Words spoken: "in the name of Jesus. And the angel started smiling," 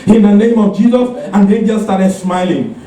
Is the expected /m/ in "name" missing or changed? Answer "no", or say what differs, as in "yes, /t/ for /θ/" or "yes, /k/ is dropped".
no